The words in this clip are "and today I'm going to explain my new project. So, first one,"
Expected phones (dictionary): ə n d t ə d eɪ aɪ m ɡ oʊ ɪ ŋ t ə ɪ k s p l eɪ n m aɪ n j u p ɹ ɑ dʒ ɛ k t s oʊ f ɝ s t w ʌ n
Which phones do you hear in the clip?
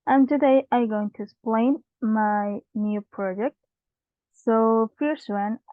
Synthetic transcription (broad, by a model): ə n t ə d eɪ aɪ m ɡ oʊ ɪ ŋ t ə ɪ s p l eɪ n m aɪ n j u p ɹ ɑ dʒ ɛ k t s oʊ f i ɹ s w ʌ n